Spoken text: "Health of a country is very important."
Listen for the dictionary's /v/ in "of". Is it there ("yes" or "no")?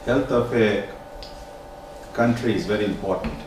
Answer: no